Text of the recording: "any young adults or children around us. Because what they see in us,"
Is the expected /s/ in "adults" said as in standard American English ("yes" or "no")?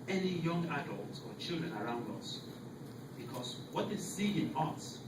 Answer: no